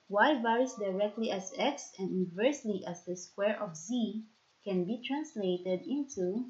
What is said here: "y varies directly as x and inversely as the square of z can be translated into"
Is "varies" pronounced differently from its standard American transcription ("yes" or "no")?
yes